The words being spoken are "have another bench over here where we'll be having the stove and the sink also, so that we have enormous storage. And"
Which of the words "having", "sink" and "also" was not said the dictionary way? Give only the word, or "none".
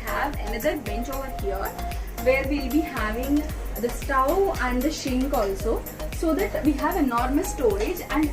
sink